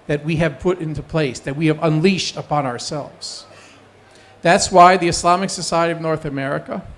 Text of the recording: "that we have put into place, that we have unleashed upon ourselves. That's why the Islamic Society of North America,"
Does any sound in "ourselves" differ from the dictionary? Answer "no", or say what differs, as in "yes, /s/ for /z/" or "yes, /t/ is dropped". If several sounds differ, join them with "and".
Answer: no